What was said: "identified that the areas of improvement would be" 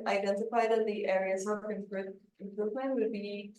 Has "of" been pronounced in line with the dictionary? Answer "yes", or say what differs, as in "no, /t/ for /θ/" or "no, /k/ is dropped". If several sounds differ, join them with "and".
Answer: no, /p/ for /v/